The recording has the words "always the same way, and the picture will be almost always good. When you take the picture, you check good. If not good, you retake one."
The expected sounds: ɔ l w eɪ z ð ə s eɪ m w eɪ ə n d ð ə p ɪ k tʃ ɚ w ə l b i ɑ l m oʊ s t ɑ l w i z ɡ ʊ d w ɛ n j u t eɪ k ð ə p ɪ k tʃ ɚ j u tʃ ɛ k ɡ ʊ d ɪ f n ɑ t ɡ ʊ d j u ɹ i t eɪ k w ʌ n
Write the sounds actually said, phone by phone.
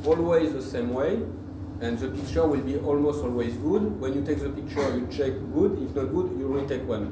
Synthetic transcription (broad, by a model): ɔ l w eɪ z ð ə s eɪ m w eɪ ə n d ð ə p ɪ k tʃ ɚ w ə l b i ɑ l m oʊ s t ɑ l w i z ɡ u d w ɛ n j u t eɪ k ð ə p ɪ k tʃ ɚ j u tʃ ɛ k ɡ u d ɪ f n ɑ t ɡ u d j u l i t eɪ k w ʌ n